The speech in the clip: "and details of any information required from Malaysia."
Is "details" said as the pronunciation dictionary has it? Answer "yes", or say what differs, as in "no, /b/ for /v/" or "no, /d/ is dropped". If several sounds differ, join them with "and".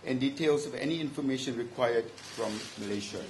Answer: no, /s/ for /z/